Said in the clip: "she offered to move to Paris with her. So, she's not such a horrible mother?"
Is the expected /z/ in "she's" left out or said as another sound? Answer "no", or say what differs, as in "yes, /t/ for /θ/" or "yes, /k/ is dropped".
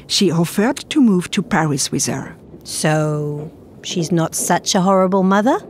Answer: no